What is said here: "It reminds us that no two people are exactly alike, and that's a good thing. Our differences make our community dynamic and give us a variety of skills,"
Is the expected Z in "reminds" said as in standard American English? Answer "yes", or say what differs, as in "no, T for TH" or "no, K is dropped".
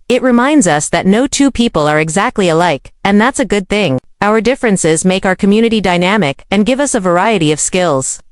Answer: yes